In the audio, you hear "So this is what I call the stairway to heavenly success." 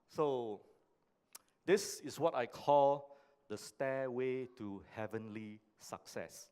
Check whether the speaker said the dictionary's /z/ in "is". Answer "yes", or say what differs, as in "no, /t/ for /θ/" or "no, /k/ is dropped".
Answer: no, /s/ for /z/